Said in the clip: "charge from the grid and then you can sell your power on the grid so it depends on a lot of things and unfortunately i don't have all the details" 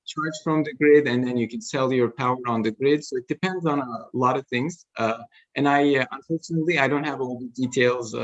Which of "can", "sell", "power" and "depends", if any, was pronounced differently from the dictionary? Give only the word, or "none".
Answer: none